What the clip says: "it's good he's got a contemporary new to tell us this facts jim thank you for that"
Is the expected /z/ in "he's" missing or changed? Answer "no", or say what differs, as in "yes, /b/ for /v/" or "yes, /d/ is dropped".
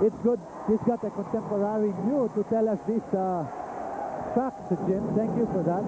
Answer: yes, /s/ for /z/